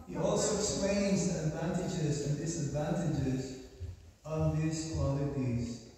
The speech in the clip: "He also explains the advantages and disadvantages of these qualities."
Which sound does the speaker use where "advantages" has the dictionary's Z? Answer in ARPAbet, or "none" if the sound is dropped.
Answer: Z